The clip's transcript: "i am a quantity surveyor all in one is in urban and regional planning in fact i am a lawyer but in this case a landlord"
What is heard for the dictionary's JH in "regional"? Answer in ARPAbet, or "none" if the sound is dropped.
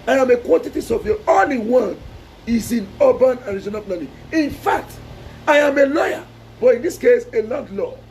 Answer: Z